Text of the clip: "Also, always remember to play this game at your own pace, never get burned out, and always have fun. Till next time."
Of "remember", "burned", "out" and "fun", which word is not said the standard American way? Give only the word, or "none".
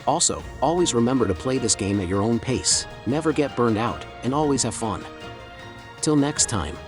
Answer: none